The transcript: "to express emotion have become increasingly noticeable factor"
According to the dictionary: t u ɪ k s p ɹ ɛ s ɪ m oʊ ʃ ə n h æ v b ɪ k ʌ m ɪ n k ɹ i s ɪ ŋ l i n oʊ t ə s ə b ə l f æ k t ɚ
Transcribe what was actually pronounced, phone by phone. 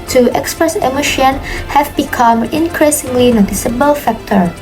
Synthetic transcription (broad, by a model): t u ɪ k s p ɹ ɛ s ɪ m oʊ ʃ ə n h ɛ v b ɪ k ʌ m ɪ n k ɹ i s ɪ ŋ l i n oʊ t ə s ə b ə l f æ k t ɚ